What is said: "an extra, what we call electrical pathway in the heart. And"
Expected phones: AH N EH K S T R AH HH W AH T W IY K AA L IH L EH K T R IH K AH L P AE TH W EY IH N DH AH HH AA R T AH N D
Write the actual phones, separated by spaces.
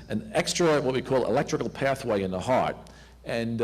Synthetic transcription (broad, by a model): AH N EH K S T R AH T W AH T W IY K AA L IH L EH K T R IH K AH L P AE TH W EY IH N DH AH HH AA R T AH N